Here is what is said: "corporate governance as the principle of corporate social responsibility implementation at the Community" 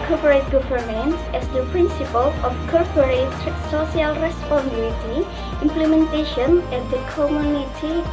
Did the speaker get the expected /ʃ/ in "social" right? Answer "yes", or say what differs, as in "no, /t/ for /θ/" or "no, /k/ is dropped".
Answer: no, /ʃ/ is dropped